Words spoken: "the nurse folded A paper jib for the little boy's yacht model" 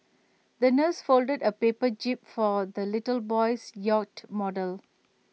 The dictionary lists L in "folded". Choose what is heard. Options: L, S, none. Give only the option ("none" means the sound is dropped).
L